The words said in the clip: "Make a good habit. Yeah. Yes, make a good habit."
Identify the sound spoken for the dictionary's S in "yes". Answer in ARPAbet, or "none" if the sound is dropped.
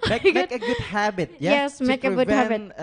S